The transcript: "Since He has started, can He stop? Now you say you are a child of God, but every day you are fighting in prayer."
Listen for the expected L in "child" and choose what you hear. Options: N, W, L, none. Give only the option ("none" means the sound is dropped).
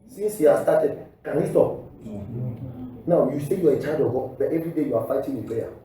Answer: none